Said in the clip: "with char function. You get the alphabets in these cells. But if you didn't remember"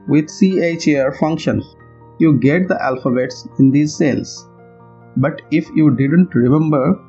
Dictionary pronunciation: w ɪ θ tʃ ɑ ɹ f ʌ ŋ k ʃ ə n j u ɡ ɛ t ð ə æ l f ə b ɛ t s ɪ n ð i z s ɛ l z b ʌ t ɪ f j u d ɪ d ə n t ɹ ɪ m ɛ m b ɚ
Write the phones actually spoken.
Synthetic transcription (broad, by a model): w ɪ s tʃ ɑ ɹ f ʌ ŋ k ʃ ə n j u ɡ ɛ t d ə æ l f ə b ɛ t s ɪ n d i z s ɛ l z b ʌ t ɪ f j u d ɪ d ə n t ɹ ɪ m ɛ m b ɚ